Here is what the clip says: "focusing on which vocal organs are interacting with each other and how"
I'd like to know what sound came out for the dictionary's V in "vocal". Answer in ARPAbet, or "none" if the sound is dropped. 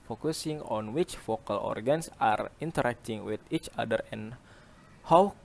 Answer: F